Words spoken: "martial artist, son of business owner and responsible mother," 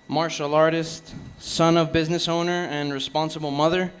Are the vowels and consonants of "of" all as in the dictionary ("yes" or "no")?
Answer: yes